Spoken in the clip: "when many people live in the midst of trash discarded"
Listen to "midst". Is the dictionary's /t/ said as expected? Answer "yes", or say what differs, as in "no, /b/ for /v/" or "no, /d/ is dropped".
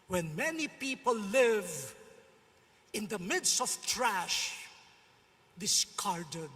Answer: yes